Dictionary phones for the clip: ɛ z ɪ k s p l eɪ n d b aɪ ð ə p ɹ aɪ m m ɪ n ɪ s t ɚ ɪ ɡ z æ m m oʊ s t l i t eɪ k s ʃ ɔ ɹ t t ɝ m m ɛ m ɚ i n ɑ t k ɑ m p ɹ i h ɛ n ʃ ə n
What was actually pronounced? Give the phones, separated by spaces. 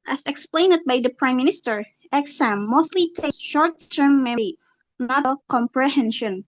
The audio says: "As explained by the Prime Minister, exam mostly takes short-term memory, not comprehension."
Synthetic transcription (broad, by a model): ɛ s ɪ k s p l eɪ n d b aɪ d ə p ɹ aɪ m m ɪ n ɪ s t ɚ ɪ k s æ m m oʊ s t l i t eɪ s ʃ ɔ ɹ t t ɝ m m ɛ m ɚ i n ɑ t k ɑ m p ɹ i h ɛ n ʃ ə n